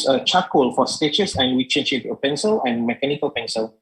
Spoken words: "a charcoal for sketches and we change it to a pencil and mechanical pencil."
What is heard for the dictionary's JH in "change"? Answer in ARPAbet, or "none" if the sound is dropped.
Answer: SH